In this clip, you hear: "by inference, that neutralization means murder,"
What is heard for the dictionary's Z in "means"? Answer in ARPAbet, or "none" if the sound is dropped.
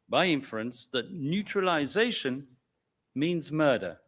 Z